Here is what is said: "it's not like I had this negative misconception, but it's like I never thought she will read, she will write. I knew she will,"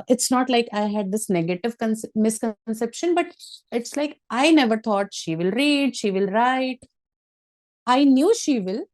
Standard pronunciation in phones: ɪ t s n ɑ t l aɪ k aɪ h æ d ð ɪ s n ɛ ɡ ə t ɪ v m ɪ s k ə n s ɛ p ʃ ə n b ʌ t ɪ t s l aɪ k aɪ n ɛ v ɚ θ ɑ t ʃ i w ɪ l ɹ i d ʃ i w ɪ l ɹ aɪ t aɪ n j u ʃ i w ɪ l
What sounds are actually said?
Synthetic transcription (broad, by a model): ɪ t s n ɑ t l aɪ k aɪ h æ d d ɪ s n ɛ ɡ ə t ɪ v m ɪ s k ə n s ɛ p ʃ ə n b ʌ t ɪ t s l aɪ k aɪ n ɛ v ɚ t ɑ t ʃ i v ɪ l ɹ i d ʃ i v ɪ l ɹ aɪ t aɪ n j u ʃ i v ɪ l